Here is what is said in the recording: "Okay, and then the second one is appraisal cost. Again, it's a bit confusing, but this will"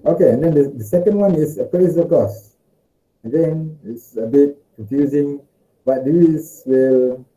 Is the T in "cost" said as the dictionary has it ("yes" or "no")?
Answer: no